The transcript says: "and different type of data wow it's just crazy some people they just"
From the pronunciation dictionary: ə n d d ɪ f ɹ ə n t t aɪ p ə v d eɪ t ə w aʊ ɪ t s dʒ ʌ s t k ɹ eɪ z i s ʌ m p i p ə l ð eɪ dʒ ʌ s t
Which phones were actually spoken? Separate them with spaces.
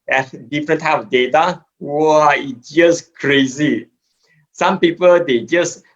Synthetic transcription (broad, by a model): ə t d d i f ɹ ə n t t aɪ ə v d eɪ t ə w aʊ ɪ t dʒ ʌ s k ɹ eɪ z i s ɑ m p i p ə l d eɪ dʒ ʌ s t